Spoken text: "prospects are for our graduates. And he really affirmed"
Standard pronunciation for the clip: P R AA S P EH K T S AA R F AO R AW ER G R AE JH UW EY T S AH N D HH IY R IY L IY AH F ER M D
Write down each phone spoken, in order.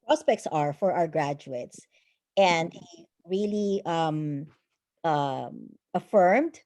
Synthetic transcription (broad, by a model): P R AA S P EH K T S AA R F AO R AW ER G R AE JH UW EY T S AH N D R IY L IY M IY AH F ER M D